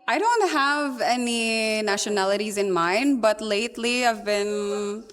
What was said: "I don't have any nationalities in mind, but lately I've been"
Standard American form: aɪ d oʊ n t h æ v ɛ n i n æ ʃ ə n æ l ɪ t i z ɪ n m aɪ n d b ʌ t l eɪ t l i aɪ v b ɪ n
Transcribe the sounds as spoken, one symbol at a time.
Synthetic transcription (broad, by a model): aɪ d oʊ n t h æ v ɛ n i n æ ʃ ə n æ l ɪ t i z ɪ n m aɪ n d b ʌ t l eɪ t l i aɪ v b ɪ n